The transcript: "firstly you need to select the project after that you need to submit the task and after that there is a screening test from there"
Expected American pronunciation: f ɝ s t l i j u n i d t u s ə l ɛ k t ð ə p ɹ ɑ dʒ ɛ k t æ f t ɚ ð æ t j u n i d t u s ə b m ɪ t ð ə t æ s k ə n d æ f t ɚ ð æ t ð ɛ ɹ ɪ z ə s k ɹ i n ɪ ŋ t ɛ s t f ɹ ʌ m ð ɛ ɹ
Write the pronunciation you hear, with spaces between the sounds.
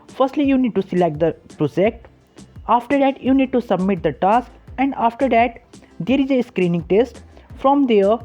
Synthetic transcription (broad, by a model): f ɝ s t l i j u n i d t u s ə l ɛ k t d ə p ɹ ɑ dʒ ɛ k t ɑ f t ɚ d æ t j u n i d t u s ə b m ɪ t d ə t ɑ s k ə n d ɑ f t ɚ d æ t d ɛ ɹ ɪ z ə s k ɹ i n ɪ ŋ t ɛ s t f ɹ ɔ m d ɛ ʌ